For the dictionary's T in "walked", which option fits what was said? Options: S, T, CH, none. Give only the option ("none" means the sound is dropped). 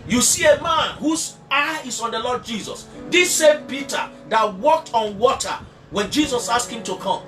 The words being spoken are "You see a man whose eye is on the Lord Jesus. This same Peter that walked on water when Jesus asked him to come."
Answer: T